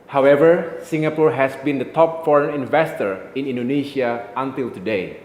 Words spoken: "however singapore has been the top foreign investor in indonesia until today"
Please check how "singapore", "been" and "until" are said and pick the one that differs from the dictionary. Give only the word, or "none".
none